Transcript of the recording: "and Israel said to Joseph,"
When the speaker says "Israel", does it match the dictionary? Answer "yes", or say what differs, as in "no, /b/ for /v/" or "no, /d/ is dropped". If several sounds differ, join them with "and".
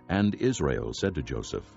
yes